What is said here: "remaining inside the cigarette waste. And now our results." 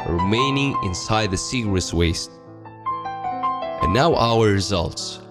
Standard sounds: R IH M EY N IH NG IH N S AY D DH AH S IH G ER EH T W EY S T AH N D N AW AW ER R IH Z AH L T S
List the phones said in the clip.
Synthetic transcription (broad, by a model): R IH M EY N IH NG IH N S AY D DH AH S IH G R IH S W EY S T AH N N AW AW ER R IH Z AH L T S